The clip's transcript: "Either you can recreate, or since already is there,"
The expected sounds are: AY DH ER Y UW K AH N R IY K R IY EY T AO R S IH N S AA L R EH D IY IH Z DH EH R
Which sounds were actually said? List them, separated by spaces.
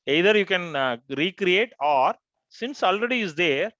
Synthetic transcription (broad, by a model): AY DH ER Y UW K AH N R IY K R IY EY T AO R S IH N S AA L R EH D IY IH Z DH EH R